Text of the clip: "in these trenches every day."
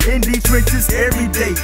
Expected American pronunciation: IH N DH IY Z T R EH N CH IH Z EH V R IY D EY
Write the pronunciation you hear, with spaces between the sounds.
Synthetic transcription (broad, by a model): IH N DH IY T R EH CH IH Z EH V R IY D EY